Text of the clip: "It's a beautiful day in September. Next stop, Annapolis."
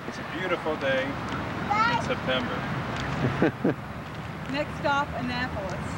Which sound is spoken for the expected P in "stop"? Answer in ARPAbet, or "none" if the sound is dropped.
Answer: F